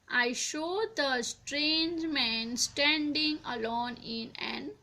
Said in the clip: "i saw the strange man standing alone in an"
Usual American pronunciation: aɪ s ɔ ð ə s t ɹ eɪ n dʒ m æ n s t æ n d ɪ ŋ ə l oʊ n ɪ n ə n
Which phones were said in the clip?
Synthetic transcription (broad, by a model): aɪ ʃ ɔ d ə s t ɹ eɪ n dʒ m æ n s t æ n d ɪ ŋ ə l oʊ n ɪ n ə n